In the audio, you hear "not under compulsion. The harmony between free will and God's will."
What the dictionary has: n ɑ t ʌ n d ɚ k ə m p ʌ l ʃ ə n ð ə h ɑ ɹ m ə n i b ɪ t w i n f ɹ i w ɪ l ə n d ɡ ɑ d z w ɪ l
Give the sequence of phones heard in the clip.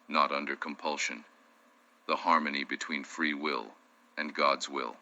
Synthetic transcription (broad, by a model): n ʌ t ʌ n d ɚ k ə m p ʌ l ʃ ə n ð ə h ɑ ɹ m ə n i b ɪ t w i n f ɹ i w ɪ l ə n ɡ ɑ d z w ɪ l